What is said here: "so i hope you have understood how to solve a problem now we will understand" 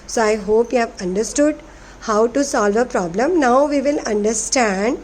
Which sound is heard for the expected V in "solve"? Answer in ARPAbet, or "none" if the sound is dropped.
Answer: V